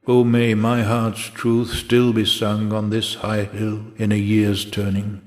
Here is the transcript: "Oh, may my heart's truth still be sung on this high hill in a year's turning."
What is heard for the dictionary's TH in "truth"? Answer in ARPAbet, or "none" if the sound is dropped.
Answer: TH